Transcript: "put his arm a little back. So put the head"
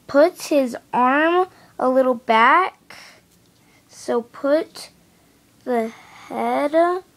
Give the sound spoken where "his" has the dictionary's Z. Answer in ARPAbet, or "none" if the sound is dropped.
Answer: Z